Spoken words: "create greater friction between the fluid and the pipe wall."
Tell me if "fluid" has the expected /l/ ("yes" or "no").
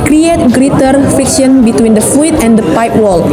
no